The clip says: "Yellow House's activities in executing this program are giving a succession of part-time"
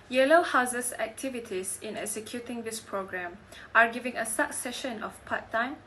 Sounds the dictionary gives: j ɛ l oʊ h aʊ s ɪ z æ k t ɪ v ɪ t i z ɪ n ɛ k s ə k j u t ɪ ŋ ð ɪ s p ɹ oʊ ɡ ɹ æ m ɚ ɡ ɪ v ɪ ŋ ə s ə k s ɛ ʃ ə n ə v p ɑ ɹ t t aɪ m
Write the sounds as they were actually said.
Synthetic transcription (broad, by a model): j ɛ l oʊ h aʊ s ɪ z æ k t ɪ v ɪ t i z ɪ n ɛ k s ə k j u t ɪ ŋ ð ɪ s p ɹ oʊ ɡ ɹ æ m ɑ ɡ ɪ v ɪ ŋ ə s ə k s ɛ ʃ ə n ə f p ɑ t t aɪ m